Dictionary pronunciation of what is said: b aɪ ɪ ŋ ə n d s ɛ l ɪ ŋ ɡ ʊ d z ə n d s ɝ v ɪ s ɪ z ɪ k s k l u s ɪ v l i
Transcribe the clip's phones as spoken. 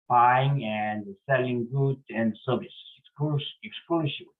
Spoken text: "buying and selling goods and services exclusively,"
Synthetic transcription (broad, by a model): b aɪ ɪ ŋ ə n d s ɛ l ɪ ŋ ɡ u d ə n d s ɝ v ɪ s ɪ ɪ k s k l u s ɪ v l